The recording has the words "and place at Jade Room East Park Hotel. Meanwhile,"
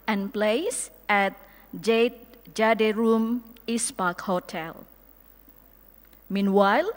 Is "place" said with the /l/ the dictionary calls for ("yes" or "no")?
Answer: yes